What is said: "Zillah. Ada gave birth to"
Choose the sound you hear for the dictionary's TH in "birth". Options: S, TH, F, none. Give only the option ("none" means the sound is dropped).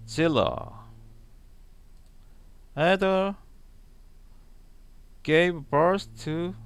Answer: S